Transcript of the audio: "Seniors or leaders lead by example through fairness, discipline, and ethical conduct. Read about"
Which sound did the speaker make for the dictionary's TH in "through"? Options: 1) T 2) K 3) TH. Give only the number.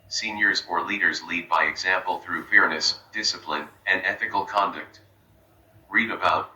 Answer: 3